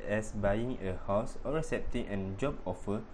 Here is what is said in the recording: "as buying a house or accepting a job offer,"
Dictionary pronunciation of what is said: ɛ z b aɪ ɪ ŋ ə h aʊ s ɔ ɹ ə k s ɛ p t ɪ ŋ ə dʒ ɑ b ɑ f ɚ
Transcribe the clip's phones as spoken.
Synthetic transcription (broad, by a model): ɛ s b aɪ ɪ ŋ ə h aʊ s ɔ ɹ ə s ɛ p t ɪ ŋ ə dʒ ɑ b ɑ f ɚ